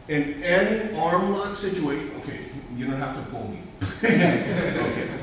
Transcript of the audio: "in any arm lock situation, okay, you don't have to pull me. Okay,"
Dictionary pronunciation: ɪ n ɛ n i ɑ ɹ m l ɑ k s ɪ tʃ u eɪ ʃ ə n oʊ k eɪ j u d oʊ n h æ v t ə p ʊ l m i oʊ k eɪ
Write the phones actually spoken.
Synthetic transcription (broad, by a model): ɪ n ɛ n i ɑ ɹ m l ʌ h s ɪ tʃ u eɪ ə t oʊ k eɪ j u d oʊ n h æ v t ə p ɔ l m i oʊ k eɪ